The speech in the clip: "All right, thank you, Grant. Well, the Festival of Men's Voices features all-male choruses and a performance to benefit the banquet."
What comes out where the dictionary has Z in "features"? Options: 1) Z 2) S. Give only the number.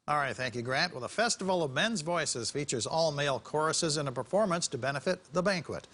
1